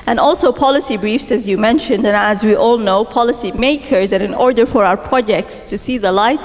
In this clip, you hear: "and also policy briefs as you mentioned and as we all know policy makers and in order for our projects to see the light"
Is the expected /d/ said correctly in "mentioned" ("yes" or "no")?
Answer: yes